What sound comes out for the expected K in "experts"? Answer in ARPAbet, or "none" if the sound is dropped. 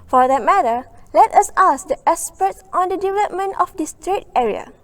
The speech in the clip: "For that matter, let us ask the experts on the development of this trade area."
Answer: none